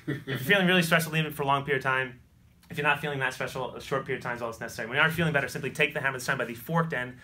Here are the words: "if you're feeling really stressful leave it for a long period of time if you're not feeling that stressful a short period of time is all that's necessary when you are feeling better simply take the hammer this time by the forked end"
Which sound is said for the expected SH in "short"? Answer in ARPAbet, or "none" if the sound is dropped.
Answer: SH